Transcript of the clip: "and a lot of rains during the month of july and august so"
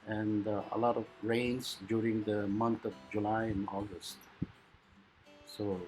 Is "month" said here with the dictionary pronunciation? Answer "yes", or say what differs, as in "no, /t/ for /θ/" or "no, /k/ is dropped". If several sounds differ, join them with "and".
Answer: no, /t/ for /θ/